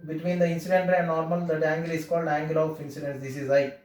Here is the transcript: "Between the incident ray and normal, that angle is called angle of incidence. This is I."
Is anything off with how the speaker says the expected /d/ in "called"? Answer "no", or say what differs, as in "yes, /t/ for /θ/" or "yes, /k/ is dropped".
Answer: no